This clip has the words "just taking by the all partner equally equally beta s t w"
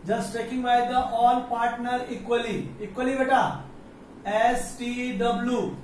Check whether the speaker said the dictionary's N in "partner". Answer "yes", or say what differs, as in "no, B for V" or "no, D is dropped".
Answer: yes